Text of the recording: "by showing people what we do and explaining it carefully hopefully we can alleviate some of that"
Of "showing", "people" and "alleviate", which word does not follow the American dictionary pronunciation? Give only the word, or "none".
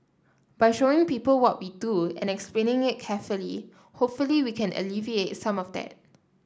none